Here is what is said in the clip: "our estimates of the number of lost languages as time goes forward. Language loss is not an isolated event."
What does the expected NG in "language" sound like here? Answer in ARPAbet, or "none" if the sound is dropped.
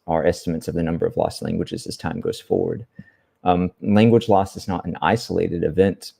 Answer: NG